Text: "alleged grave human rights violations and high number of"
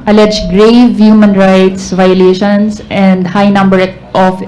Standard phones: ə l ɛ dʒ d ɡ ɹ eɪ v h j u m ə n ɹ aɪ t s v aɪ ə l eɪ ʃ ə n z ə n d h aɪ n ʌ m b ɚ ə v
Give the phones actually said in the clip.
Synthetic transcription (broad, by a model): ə l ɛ dʒ ɡ ɹ eɪ v h j u m ə n ɹ aɪ t s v aɪ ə l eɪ ʃ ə n s ə n d h aɪ n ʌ m b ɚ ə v